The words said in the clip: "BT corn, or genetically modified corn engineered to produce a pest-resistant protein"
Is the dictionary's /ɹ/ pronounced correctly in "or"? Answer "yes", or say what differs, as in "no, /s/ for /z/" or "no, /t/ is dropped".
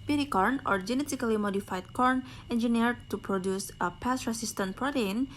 yes